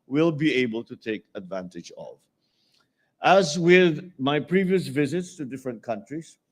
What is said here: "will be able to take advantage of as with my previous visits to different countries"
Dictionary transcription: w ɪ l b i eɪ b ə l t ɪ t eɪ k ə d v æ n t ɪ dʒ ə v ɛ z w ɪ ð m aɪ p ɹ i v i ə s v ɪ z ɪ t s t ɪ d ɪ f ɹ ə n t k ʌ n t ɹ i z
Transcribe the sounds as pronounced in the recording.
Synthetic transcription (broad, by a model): w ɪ l b i eɪ b ə l t ɪ t eɪ k ə d v æ n t ɪ dʒ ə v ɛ z w ɪ ð m aɪ p ɹ i v i ə s v ɪ z ɪ t s t ɪ d ɪ f ɹ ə n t k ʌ n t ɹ i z